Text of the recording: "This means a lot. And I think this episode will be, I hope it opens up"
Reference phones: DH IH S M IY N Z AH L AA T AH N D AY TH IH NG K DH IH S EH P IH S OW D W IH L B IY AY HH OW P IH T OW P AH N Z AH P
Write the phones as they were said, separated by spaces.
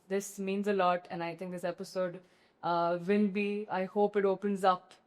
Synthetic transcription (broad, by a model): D IH S M IY N Z AH L AA T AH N AY T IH NG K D IH S EH P IH S OW D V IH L B IY AY HH OW P IH T OW P AH N Z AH P